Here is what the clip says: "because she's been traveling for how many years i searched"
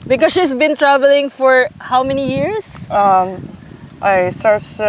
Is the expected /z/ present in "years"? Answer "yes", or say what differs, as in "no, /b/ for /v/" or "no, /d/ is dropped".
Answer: no, /s/ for /z/